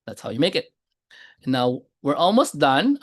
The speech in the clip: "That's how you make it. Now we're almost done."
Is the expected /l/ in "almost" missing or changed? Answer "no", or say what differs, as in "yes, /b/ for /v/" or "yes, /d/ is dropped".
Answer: no